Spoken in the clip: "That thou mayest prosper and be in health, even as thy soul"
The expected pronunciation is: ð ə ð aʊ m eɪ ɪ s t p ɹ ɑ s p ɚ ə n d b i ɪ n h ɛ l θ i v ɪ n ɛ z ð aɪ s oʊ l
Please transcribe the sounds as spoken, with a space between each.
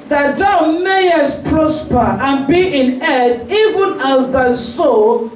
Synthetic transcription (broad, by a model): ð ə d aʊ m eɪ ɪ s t p ɹ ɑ s p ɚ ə n b i ɪ n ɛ θ i v ɪ n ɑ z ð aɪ s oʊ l